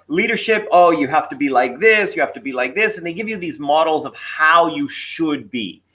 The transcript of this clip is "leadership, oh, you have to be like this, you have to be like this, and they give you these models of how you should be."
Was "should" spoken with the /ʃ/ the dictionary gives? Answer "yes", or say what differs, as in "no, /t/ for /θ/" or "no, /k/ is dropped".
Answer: yes